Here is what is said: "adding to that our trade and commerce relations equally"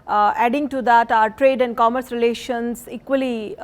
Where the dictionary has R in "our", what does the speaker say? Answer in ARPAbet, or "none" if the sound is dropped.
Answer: R